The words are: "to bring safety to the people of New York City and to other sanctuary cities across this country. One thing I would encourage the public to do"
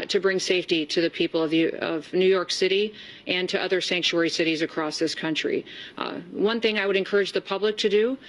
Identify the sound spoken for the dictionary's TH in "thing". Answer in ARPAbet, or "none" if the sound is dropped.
TH